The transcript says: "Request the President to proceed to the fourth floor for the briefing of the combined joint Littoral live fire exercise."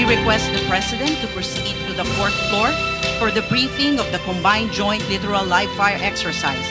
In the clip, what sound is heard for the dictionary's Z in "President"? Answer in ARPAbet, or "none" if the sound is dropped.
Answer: S